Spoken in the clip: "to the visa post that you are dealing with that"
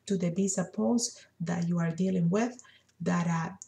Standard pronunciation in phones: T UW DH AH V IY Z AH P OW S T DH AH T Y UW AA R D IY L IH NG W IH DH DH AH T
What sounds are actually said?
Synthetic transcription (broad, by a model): T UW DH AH B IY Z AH P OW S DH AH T Y UW AA R D IY L IH NG W IH DH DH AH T